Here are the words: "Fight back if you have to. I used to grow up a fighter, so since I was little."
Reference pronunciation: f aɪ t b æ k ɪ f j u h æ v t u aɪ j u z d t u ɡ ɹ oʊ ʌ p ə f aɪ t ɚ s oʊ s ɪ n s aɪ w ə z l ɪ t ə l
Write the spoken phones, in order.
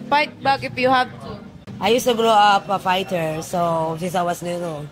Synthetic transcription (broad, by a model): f aɪ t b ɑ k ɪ p j u h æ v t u aɪ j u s t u ɡ ɹ oʊ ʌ p ə f aɪ t ɚ s oʊ s ɪ n s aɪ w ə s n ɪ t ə